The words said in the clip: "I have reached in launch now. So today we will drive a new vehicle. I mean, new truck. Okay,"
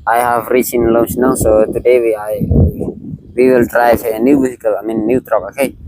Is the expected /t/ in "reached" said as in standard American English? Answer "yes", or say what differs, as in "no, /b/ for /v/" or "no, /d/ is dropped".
no, /t/ is dropped